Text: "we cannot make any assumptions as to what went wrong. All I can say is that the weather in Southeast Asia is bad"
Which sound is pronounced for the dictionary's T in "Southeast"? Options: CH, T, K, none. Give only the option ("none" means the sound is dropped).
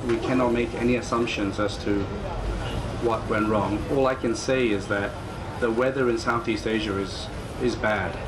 T